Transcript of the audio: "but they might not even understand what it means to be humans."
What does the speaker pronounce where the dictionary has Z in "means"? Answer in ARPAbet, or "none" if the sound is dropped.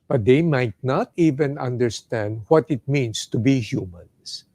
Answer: S